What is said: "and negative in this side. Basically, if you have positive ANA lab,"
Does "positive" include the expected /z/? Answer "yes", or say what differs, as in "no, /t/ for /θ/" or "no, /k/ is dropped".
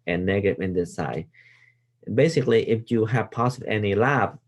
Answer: no, /s/ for /z/